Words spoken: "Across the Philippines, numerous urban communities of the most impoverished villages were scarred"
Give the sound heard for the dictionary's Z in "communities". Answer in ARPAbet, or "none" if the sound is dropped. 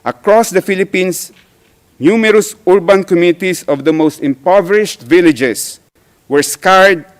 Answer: S